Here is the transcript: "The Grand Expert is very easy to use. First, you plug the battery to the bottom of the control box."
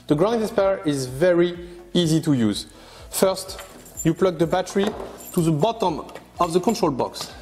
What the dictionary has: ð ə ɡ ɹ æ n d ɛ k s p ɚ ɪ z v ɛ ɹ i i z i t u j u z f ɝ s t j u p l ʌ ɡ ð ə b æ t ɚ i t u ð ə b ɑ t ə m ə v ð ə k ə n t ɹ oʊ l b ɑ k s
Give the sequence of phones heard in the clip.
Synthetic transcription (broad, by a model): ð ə ɡ ɹ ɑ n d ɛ s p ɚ ɪ z v ɛ ɹ i i z i t u j u z f ɝ s t j u p l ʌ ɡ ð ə b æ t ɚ i t u ð ə b ɑ t ə m ə v ð ə k ə n t ɹ oʊ l b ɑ k s